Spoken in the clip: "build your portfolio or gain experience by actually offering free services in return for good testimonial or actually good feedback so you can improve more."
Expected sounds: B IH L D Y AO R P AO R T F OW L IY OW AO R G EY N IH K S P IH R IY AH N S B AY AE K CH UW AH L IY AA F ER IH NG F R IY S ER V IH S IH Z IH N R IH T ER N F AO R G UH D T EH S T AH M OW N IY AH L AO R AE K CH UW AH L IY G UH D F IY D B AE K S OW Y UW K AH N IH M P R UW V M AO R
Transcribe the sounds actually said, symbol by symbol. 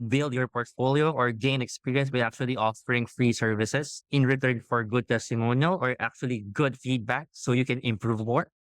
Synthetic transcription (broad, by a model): B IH L D Y AO R P AO R T F OW L IY OW AO R G EY N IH K S P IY R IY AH N S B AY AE K CH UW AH L IY AA F ER IH NG F R IY S ER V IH S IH S IH N R IH T ER N F AO R G UH D T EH S T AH M OW N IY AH L AO R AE K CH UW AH L IY G UH D F IY D B AE K S OW Y UW K AH N IH M P R UW V M AO R